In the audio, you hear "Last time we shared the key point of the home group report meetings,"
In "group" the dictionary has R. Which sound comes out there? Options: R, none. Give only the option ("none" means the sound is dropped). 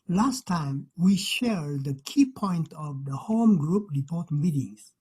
R